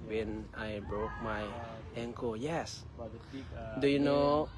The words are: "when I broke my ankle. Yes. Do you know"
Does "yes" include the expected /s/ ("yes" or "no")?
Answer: yes